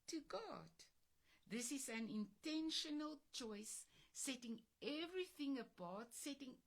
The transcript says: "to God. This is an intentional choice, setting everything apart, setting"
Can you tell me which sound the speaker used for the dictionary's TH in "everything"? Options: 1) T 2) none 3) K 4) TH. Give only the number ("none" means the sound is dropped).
4